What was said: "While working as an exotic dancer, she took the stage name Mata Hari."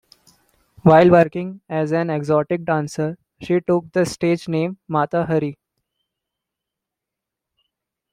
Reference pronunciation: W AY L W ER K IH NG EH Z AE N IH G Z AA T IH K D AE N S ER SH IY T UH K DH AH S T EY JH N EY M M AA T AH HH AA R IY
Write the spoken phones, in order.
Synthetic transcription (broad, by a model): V AY L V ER K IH NG EH Z AE N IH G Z AA T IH K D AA N S ER SH IY T UH K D AH S T EY JH N EY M M AA T AH HH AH R IY